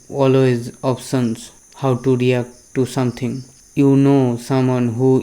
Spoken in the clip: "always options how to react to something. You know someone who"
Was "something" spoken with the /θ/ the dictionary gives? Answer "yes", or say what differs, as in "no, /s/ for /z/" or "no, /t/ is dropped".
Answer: no, /t/ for /θ/